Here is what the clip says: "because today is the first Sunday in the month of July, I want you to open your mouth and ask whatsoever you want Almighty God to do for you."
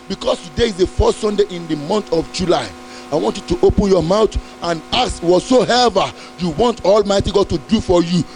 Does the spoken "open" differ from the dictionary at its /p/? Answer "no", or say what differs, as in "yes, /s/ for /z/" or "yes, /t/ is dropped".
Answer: no